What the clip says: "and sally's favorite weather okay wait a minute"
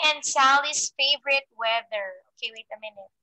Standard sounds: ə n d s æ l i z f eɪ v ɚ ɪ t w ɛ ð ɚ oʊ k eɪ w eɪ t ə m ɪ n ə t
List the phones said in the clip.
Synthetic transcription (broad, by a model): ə n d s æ l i s f eɪ v ɚ ɪ t w ɛ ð ɚ oʊ k eɪ w eɪ t ə m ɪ n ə t